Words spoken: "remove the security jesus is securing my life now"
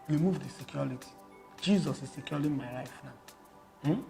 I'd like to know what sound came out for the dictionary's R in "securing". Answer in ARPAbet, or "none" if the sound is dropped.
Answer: L